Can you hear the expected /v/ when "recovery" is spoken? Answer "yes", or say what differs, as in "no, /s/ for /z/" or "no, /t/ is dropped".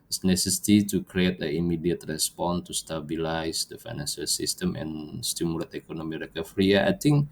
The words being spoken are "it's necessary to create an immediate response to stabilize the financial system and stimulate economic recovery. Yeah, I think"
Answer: no, /f/ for /v/